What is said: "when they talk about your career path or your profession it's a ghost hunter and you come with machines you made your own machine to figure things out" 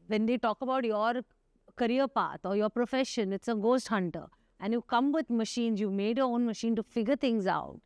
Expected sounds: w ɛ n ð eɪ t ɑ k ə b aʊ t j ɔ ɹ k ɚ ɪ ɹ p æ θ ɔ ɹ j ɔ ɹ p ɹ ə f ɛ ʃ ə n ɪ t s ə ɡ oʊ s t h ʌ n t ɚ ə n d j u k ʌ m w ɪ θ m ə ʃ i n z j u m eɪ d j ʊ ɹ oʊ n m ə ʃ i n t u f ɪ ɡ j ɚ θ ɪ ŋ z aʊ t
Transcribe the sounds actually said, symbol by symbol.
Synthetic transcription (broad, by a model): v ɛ n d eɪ t ɑ k ə b aʊ t j ɔ ɹ k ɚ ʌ ɹ p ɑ t ɔ ɹ j ɔ ɹ p ɹ ə f ɛ ʃ ə n ɪ t s ə ɡ oʊ s t h ʌ n t ɚ ə n d j u k ʌ m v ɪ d m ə ʃ i n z j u m eɪ d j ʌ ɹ oʊ n m ə ʃ i n t u f ɪ ɡ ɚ t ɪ ŋ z aʊ t